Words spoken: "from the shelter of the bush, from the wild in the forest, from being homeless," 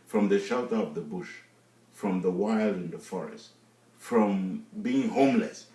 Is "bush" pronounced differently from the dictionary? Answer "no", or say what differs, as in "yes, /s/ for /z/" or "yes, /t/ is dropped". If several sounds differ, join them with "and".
no